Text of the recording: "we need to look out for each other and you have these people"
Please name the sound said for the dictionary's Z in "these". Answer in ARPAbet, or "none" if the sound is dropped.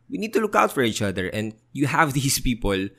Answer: S